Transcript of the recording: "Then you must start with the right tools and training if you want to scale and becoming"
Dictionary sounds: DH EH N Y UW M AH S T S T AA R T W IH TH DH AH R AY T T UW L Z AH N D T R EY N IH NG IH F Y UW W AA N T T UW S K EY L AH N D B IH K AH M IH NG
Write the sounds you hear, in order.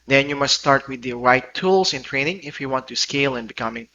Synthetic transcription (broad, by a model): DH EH N Y UW M AH S T S T AA R T W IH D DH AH R AY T T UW L S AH N T R EY N IH NG IH F Y UW W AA N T T UW S K EY L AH N B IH K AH M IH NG